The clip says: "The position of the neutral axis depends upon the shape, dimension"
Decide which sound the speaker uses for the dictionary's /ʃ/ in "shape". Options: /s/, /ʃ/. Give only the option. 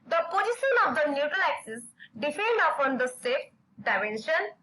/s/